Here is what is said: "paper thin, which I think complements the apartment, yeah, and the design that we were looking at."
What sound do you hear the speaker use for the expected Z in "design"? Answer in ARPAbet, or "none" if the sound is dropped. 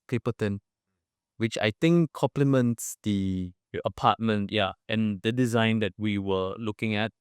Z